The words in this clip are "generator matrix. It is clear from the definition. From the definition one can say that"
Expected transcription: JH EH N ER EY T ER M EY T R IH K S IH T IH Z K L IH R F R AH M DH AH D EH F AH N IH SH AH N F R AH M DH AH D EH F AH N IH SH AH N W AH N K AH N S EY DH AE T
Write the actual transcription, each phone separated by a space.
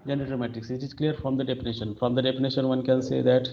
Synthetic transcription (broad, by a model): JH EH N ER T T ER M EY T IH K S IH T IH Z K L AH R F R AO M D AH D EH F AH N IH SH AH N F R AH M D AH D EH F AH N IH SH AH N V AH N K AH N S EY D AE T